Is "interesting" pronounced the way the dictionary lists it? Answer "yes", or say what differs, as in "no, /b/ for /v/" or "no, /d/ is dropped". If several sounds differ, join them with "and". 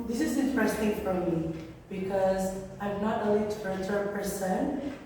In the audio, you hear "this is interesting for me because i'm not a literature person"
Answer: yes